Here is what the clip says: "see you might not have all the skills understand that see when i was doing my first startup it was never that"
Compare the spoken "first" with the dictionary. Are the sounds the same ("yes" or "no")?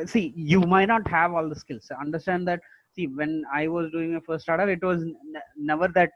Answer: no